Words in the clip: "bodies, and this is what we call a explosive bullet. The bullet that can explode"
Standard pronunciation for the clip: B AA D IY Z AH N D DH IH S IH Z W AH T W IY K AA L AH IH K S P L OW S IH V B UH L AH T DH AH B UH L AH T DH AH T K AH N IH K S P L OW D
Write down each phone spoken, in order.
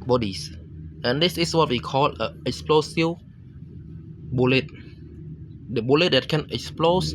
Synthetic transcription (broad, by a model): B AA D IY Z AH N D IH S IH S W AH T W IY K AA L AH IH K S P L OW S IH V B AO L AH T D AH B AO L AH T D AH T K AH N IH K S P L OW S